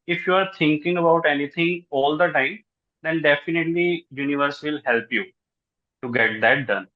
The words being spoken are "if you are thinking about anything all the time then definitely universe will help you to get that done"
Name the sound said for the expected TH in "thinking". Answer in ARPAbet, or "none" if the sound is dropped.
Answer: T